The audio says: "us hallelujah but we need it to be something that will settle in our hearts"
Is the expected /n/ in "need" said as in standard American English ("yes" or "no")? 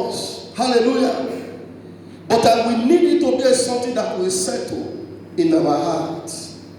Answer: yes